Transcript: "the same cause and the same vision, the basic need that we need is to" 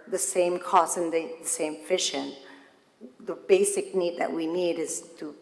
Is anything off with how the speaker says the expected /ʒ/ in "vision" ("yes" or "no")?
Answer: yes